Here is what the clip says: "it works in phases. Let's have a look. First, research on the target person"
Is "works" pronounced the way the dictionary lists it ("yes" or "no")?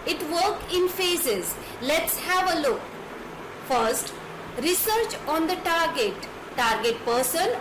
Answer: no